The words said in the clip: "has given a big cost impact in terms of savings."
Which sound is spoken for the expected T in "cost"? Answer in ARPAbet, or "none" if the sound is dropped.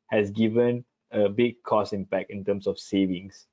none